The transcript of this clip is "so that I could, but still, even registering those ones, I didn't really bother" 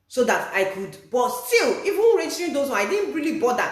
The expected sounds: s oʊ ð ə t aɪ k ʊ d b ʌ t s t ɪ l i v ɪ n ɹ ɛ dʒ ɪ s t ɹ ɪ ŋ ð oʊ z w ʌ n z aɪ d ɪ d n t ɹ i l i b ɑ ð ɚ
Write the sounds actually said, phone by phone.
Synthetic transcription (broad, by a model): s oʊ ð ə t aɪ k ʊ d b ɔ t s t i l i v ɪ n ɹ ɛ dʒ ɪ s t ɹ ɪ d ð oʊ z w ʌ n aɪ d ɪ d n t ɹ i l i b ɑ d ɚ